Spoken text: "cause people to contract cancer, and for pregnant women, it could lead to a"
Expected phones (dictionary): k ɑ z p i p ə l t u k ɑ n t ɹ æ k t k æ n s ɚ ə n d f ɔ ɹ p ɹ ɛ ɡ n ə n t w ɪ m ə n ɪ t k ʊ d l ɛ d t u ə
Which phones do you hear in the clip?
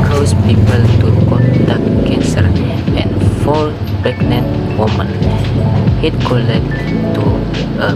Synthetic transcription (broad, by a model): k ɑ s p i p ə l t u k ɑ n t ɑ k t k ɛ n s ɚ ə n f ɔ l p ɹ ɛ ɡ n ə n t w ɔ m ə n ɪ t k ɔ l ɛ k t u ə